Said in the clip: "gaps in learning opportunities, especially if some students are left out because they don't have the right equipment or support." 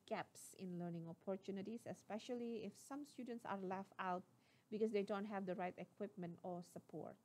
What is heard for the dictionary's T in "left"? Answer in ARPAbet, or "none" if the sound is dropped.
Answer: none